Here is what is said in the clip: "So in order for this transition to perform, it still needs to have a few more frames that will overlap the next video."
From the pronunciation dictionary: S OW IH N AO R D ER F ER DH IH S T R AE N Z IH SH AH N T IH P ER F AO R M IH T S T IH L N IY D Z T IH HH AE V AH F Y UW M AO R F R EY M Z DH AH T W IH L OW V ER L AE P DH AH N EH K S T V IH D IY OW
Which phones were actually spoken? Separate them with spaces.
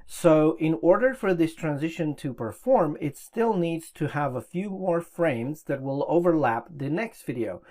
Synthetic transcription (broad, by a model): S OW IH N AO R D ER F ER DH IH S T R AE N Z IH SH AH N T IH P ER F AO R M IH T S T IH L N IY D Z T IH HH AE V AH F Y UW M AO R F R EY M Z DH AH T W IH L OW V ER L AE P DH AH N EH K S T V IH D IY OW